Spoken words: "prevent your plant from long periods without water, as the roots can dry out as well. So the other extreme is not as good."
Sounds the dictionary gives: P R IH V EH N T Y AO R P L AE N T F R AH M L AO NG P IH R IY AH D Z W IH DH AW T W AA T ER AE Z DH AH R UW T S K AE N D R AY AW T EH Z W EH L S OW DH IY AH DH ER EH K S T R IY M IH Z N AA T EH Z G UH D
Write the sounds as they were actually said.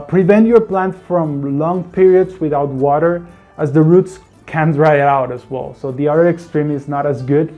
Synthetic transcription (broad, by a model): P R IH V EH N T Y AO R P L AE N T F R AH M L AO NG P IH R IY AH D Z W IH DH AW T W AA T ER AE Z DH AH R UW T S K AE N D R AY AW T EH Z W EH L S OW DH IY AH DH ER EH K S T R IY M IH Z N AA T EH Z G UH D